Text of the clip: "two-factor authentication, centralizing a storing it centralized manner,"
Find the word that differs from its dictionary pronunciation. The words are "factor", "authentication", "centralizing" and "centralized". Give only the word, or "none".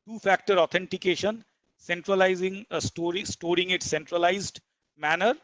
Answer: authentication